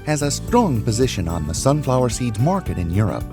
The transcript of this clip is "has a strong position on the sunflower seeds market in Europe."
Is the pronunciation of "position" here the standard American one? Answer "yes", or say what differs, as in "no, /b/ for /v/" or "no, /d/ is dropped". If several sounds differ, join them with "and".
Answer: yes